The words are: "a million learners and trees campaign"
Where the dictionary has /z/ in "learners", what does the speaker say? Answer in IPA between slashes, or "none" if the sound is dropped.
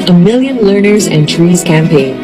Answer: /z/